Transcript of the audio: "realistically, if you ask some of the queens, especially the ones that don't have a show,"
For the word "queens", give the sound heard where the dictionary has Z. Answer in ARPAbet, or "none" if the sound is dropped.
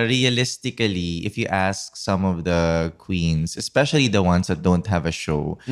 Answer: S